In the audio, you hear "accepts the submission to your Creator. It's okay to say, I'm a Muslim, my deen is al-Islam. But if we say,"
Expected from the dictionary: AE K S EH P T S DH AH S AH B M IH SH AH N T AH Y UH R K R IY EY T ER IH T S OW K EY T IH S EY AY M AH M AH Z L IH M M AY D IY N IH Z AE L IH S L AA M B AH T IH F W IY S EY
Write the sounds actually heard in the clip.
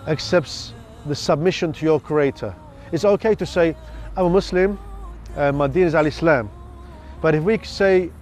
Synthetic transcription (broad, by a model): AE K S EH P T S DH AH S AH B M IH SH AH N T AH Y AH K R IY EY T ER IH T S OW K EY T IH S EY AY M AH M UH S L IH M M AY D IY N IH Z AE L IH S L AA M B AH T IH F W IY S EY